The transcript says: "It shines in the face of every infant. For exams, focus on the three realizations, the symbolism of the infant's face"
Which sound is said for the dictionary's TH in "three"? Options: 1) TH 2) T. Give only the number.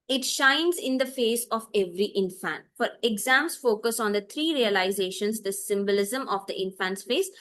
2